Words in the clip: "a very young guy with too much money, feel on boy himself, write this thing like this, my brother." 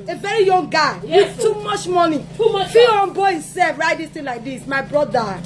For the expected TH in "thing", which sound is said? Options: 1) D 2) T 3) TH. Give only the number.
2